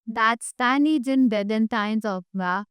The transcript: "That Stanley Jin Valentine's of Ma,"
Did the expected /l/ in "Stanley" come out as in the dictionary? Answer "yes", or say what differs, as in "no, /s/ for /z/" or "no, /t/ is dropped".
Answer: no, /l/ is dropped